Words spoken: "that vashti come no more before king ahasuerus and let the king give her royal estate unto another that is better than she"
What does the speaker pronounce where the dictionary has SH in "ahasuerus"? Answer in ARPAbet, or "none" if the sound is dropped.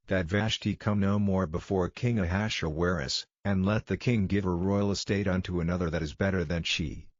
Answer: SH